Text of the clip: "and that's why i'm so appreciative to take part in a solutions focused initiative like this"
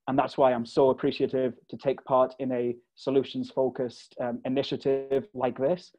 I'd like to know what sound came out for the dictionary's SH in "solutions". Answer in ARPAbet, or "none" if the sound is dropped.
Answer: SH